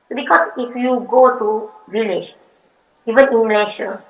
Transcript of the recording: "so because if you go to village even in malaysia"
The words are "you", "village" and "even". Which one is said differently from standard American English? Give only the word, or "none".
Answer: village